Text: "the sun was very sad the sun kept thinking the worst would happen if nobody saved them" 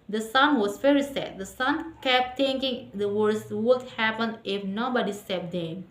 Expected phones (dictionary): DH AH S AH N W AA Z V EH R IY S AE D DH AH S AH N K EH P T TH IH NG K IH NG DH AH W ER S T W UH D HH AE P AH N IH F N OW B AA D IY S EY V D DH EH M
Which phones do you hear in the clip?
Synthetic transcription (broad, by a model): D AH S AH N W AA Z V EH R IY S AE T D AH S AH N K EH P T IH NG K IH NG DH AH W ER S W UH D HH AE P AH N IH F N OW B AA D IY S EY P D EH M